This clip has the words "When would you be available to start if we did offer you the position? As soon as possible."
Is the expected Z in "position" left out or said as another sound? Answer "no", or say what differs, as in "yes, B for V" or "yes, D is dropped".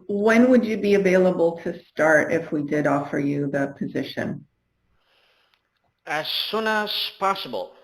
no